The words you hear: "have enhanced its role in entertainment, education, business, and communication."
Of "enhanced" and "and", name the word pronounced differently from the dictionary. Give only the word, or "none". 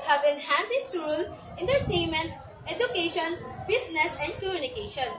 enhanced